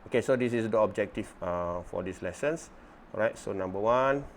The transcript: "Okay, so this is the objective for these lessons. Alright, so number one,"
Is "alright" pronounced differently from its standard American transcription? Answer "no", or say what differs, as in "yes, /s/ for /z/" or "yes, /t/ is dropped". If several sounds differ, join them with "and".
yes, /l/ is dropped